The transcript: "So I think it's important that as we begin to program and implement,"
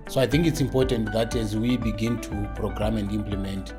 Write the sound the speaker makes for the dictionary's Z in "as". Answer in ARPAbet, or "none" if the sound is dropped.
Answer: Z